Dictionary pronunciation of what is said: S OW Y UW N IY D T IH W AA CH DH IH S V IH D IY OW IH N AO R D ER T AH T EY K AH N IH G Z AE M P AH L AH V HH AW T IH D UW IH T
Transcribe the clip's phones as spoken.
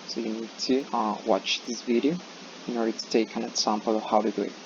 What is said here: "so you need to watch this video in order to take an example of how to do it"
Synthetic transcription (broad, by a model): S OW Y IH N IY D T IH W AA CH DH IH S V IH D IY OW IH N AO R D ER T AH T EY K AH N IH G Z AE M P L AH V HH AW T IH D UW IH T